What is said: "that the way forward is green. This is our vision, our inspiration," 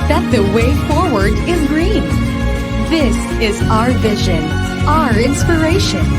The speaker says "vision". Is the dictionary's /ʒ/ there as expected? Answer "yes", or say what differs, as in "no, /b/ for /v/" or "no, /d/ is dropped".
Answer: yes